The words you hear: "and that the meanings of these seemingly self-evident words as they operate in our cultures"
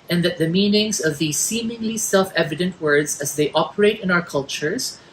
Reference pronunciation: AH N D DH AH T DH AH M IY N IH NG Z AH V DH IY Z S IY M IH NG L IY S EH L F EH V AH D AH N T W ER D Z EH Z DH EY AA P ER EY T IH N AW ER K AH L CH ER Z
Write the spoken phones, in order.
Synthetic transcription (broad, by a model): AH N DH AH T DH AH M IY N IH NG Z AH V DH IY Z S IY M IH NG L IY S EH L F EH V AH D AH N T W ER D Z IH Z DH EY AA P ER EY T IH N AW ER K AH L CH ER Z